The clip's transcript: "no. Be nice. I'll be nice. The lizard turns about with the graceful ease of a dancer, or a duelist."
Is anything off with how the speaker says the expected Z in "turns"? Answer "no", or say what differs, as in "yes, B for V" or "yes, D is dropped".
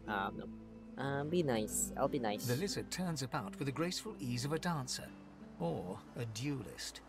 no